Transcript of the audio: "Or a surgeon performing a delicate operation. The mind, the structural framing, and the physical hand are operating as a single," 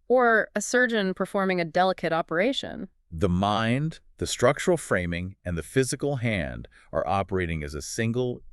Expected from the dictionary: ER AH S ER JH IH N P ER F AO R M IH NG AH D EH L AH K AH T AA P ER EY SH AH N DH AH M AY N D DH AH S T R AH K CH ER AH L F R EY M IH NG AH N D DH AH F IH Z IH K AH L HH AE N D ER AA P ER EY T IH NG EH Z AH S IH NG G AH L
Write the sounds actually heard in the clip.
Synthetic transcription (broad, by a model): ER AH S ER JH IH N P ER F AO R M IH NG AH D EH L AH K AH T AA P ER EY SH AH N DH AH M AY N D DH AH S T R AH K CH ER L F R EY M IH NG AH N DH AH F IH Z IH K L HH AE N D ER AA P ER EY T IH NG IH Z AH S IH NG G L